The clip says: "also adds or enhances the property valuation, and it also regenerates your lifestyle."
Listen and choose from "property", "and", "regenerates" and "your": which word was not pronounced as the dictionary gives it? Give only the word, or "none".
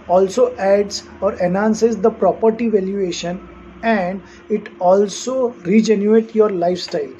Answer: regenerates